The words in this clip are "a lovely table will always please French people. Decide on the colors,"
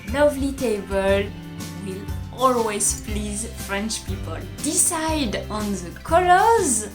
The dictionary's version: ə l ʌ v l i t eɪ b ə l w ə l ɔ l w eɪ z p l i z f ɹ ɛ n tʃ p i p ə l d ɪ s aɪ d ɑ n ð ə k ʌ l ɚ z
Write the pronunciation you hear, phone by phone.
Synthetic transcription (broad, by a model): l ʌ v l i t eɪ b ə l w ə l ɔ l w eɪ z p l i z f ɹ ɛ n tʃ p i p ə l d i s aɪ d ɑ n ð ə k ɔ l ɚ z